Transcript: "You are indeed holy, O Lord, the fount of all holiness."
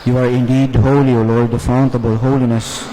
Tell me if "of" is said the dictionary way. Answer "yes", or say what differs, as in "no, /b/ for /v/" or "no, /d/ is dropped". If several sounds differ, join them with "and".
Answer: no, /b/ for /v/